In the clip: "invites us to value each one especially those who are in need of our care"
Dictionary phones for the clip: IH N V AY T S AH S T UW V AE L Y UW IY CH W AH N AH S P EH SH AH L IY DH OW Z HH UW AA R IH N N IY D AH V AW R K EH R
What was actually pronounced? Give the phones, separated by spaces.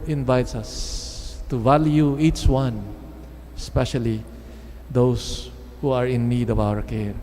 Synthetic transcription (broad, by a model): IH N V AY T S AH S T UW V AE L Y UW IY CH W AH N S P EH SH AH L IY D OW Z HH UW AA R IH N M IY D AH B AW R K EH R